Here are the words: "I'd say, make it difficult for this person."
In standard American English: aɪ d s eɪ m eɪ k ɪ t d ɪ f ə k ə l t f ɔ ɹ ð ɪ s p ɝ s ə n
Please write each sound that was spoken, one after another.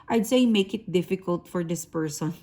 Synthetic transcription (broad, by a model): aɪ d s eɪ m eɪ k ɪ t d ɪ f ə k ə l t f ɔ ɹ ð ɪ s p ɝ s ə n